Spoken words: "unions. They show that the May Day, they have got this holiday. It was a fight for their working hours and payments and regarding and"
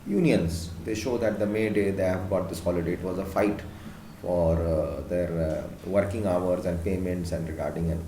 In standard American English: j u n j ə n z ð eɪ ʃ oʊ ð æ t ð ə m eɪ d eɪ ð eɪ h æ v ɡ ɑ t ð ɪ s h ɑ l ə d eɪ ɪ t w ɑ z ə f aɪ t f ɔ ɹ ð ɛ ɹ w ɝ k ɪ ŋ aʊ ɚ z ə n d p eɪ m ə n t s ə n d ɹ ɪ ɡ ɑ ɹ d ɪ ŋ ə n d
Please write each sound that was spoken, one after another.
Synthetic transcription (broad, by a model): j u n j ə n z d eɪ ʃ oʊ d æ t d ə m eɪ d eɪ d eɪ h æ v ɡ ɑ t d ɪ s h ɑ l ə d eɪ ɪ t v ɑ z ə f aɪ t f ɔ ɹ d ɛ ɹ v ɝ k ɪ ŋ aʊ ɚ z ə n d p eɪ m ə n t s ə n d ɹ ɪ ɡ ɑ ɹ d ɪ ŋ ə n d